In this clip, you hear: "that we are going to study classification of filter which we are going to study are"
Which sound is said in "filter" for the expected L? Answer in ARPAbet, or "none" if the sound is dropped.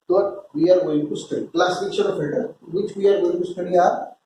none